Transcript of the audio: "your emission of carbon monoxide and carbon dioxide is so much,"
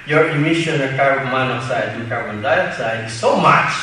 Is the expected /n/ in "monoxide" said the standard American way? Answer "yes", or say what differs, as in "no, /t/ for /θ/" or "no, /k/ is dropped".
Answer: no, /n/ is dropped